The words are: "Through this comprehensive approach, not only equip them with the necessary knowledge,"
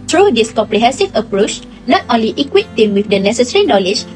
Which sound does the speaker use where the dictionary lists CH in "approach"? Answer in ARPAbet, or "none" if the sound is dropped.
CH